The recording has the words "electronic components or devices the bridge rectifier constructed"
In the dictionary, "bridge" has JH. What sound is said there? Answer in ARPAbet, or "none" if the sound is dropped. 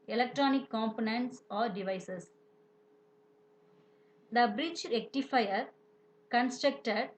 CH